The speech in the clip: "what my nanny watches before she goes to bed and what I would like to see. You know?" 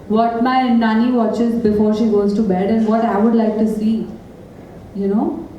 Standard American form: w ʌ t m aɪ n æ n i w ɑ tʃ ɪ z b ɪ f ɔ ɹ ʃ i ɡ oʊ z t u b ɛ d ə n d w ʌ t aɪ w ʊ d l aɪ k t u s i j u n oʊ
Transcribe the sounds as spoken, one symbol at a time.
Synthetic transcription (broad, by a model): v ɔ t m aɪ n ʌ n i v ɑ tʃ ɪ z b ɪ f ɔ ɹ ʃ i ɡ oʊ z t u b ɛ d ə n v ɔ t aɪ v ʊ d l aɪ k t u s i j u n oʊ